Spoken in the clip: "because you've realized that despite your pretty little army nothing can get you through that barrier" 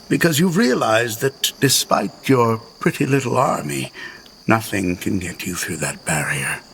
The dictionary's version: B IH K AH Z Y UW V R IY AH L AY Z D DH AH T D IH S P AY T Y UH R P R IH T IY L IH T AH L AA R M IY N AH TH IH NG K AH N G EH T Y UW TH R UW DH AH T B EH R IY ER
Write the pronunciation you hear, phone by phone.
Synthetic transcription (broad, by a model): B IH K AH Z Y UW V R IY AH L AY Z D DH AH T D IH S P AY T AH R P R IH T IY L IH T L AA R M IY N AH TH IH NG K AH N G EH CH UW TH R UW DH AH T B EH R IY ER